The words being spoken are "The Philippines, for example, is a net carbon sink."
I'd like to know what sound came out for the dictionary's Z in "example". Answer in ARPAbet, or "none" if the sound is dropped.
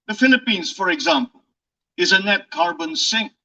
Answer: Z